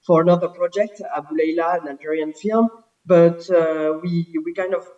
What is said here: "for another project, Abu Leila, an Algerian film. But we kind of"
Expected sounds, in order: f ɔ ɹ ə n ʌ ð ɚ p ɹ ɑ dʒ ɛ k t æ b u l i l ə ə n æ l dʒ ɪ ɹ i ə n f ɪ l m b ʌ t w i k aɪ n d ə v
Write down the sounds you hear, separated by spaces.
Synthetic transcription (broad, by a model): f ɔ ɹ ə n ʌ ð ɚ p ɹ ɑ dʒ ɛ k t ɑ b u l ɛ l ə n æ dʒ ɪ ɹ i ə n f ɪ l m b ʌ t w i k aɪ n d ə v